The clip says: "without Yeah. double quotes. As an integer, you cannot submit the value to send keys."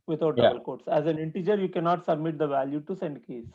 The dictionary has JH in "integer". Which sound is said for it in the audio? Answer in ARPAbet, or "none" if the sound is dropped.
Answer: JH